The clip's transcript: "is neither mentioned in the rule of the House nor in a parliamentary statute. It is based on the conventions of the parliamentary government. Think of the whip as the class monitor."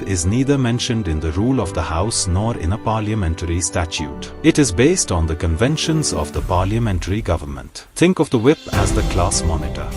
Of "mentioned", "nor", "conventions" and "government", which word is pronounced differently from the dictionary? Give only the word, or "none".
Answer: none